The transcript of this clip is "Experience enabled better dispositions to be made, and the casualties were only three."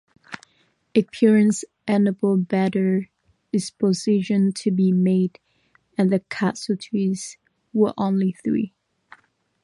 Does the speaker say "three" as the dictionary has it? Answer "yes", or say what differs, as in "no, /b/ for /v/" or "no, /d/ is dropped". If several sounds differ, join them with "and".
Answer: yes